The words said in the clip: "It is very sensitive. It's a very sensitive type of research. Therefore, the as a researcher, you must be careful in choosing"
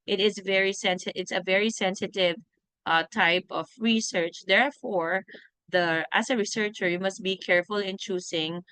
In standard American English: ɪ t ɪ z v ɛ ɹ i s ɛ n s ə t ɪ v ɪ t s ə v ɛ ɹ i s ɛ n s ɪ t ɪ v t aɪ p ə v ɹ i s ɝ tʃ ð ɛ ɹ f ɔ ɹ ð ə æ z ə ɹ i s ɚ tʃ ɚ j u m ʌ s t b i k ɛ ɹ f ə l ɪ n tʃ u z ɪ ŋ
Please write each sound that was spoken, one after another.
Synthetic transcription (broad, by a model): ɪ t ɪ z v ɛ ɹ i s ɛ n s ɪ ɪ t s ə v ɛ ɹ i s ɛ n s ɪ t ɪ v t aɪ p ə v ɹ i s ɝ tʃ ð ɛ ɹ f ɔ ɹ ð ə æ s ə ɹ i s ɚ tʃ ɚ j u m ʌ s t b i k ɛ ɹ f ə l ɪ n tʃ u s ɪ ŋ